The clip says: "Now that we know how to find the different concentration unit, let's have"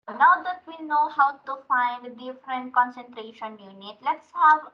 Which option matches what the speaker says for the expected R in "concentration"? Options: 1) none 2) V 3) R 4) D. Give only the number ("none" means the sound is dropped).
3